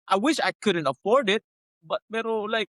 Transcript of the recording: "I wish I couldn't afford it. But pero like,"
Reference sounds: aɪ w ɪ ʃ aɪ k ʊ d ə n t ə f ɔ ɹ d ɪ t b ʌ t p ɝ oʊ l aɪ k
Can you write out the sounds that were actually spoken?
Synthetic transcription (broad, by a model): aɪ w ɪ ʃ aɪ k ʊ d ə n t ə f ɔ ɹ d ɪ t b ʌ t b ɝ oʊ l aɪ k